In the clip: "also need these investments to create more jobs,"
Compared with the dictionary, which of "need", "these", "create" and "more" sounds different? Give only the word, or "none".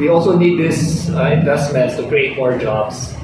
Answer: these